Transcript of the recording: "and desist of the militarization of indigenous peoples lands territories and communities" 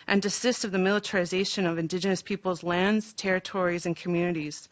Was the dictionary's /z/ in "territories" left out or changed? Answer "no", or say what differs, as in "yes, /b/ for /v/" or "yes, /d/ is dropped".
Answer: no